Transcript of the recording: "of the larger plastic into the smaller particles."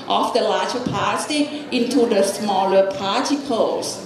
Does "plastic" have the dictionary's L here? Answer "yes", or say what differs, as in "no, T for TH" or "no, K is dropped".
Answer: no, L is dropped